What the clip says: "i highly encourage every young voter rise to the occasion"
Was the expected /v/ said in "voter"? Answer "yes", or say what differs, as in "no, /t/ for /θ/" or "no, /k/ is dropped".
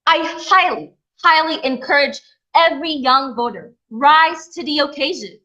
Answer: yes